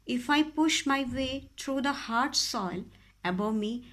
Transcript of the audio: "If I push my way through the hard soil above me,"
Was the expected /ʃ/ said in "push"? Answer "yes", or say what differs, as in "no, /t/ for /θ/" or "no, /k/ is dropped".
yes